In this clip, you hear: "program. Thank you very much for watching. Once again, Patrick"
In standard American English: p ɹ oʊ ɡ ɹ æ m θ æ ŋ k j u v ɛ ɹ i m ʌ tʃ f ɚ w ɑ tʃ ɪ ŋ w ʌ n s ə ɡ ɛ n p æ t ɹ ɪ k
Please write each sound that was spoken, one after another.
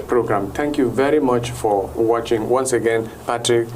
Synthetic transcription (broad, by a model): p ɹ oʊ ɡ ɹ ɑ m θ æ ŋ k j u v ɛ ɹ i m ʌ tʃ f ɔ w ɑ tʃ ɪ ŋ w ʌ n s ə ɡ ɛ n p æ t ɹ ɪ k